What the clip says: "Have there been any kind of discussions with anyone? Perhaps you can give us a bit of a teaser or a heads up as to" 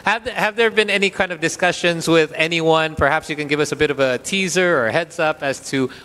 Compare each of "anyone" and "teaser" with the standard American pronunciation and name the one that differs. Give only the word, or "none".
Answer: none